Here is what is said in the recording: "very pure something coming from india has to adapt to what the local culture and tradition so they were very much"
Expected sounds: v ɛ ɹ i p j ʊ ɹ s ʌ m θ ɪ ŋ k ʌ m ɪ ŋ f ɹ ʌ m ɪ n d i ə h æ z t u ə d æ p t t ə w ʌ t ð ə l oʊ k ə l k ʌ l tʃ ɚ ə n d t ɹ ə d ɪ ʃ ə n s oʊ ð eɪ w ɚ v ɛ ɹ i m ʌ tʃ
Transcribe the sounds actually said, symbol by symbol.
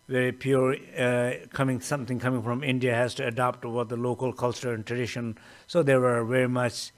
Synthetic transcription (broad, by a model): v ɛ ɹ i p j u ɹ s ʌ m t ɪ ŋ k ʌ m ɪ ŋ f ɹ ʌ m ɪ n d i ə h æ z t u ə d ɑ p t t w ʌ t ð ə l oʊ k ə l k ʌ l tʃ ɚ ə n t ɹ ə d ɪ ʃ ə n s oʊ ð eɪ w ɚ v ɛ ɹ i m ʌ tʃ